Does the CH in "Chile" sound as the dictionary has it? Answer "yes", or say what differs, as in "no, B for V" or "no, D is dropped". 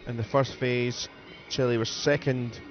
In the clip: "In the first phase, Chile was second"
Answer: yes